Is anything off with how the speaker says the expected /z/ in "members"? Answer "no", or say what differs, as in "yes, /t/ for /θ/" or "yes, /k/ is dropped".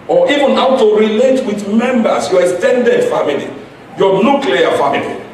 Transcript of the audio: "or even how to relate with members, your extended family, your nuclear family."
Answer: yes, /s/ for /z/